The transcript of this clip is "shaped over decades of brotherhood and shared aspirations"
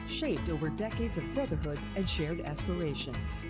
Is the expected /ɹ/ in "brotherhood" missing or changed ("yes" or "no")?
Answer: yes